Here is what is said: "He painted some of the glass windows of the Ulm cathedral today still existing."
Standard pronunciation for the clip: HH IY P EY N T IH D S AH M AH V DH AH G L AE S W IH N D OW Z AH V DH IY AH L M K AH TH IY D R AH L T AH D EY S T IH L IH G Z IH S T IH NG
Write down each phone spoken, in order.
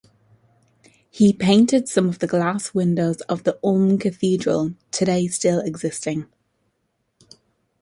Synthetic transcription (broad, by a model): HH IY P EY N T IH D S AH M AH V DH AH G L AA S W IH N D OW Z AH V DH IY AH M K AH TH IY D R AH L T AH D EY S T IH L IH G Z IH S T IH NG